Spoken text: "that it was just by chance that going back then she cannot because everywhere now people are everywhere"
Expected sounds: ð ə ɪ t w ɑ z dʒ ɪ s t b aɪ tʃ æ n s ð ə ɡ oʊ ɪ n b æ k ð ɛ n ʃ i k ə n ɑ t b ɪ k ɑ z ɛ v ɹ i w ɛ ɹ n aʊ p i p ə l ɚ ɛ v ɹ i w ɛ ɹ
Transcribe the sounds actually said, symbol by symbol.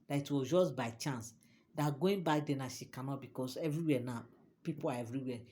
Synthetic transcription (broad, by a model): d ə ɪ t w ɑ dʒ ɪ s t b aɪ tʃ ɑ n s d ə ɡ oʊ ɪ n b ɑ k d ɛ n ʃ i k ə n ɑ t b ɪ k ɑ s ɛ v ɹ i w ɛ n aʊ p i p ə l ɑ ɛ v ɹ i w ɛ